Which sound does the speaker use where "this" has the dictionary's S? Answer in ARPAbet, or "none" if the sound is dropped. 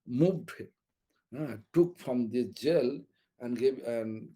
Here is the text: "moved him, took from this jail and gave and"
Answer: none